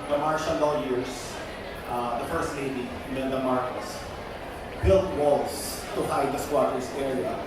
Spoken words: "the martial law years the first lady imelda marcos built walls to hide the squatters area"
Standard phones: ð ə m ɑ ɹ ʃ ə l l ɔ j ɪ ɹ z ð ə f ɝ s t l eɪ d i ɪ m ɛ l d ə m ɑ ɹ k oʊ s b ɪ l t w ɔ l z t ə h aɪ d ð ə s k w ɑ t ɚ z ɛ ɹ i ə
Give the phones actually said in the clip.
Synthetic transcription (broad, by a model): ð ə m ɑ ɹ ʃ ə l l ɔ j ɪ ɹ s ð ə f ɝ s t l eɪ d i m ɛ n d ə m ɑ ɹ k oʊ s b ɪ l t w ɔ l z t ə h aɪ d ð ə s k w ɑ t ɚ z ɛ ɹ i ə